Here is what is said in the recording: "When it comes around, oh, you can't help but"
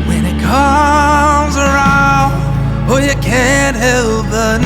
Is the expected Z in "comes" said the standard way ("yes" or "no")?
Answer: yes